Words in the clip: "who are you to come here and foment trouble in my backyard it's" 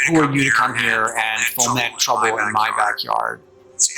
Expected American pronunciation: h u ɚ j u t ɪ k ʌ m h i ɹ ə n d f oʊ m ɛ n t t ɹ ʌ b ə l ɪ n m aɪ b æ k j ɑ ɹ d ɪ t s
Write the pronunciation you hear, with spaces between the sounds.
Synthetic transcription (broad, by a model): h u ɚ j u t ɪ k ʌ m h i ɹ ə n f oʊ ɛ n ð t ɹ ʌ b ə l ɪ n m aɪ b æ k j ɑ ɹ d